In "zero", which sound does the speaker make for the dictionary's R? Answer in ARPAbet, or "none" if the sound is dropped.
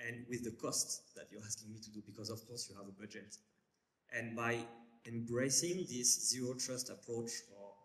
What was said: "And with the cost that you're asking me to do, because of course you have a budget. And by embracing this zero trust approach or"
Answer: R